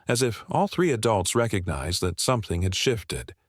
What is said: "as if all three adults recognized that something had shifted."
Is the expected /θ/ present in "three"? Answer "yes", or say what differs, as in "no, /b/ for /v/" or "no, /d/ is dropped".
yes